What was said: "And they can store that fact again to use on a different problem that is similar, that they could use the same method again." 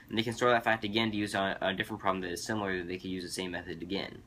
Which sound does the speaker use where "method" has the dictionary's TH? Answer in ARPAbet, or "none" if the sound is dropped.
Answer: TH